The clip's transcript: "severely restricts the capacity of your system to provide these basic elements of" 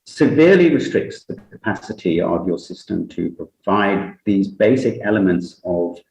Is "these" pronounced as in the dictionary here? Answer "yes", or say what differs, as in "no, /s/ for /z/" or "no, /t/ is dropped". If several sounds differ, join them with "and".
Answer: yes